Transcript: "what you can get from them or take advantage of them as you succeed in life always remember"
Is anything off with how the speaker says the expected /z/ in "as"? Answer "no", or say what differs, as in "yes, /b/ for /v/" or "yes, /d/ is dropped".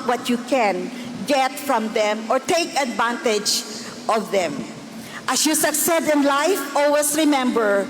yes, /s/ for /z/